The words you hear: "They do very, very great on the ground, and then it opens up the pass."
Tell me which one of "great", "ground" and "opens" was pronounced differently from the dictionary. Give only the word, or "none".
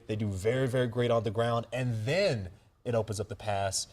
none